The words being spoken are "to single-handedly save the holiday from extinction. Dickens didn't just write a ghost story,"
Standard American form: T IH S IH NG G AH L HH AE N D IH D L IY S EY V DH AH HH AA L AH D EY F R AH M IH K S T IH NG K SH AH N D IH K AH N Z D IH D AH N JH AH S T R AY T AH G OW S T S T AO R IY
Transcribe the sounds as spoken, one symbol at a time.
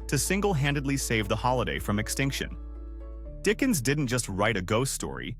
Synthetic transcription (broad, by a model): T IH S IH NG G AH L HH AE N D IH D L IY S EY V DH AH HH AA L AH D EY F R AH M IH K S T IH NG K SH AH N D IH K AH N Z D IH D N JH AH S T R AY T AH G OW S T S T AO R IY